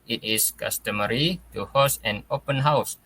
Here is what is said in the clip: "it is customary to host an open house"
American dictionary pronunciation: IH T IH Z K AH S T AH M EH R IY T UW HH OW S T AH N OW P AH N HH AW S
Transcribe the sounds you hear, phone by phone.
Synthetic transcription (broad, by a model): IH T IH S K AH S T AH M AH R IY T UW HH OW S AH N OW P AH N HH AW S